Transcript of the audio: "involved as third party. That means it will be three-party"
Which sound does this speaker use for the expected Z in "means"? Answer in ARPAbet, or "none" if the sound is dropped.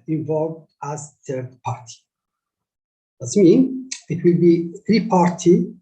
none